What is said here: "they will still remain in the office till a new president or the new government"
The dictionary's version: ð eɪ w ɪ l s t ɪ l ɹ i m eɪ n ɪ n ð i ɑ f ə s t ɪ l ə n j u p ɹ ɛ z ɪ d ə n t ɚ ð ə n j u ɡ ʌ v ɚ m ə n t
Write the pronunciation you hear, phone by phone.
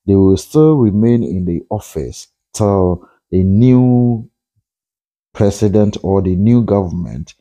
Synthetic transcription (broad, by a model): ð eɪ w ɪ l s t ɪ l ɹ i m eɪ n ɪ n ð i ɑ f ə s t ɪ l ə n j u p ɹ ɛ s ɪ d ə n t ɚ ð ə n j u ɡ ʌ v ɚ m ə n t